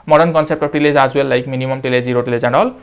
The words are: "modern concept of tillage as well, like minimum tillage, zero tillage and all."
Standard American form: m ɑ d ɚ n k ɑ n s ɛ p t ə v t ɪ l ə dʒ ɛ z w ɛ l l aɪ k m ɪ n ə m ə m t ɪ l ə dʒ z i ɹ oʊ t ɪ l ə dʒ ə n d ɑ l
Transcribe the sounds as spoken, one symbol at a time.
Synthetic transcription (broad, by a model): m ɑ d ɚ n k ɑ n s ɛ p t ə p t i l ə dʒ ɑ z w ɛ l l aɪ k m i n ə m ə m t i l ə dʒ z i ɹ oʊ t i l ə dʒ ə n d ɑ l